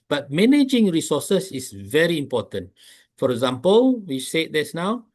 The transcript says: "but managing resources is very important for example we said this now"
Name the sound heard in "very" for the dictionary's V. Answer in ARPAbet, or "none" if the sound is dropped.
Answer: V